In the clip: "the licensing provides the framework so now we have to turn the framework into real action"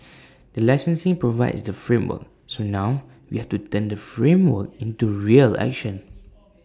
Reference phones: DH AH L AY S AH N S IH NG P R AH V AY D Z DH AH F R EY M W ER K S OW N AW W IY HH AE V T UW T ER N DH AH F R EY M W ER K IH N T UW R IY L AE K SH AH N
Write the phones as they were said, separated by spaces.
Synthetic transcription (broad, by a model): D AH L AY S AH N S IH NG P R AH V AY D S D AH F R EY M W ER K S OW N AW W IY HH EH F T UW T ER N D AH F R EY M W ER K IH N T UW R IY L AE K SH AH N